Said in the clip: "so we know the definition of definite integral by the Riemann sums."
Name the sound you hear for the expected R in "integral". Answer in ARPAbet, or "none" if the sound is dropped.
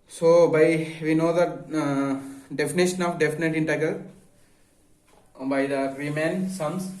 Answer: none